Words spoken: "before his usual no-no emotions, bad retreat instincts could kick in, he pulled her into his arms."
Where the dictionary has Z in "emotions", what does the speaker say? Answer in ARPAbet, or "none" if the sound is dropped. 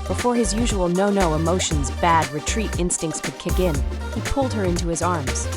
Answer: Z